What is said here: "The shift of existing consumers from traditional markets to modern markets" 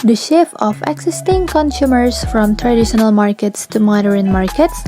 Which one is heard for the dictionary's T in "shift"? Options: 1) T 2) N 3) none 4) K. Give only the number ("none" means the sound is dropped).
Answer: 3